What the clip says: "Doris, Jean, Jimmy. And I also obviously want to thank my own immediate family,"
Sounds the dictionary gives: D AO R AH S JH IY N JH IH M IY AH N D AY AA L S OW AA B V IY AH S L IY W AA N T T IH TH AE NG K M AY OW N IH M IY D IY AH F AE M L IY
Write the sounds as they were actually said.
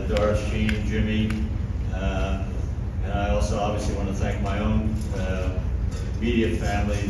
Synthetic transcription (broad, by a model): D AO R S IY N JH IH M IY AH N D AY AA L S OW AA B V IY AH S L IY W AA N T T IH TH AE NG K M AY OW N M IY D IY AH F AE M L IY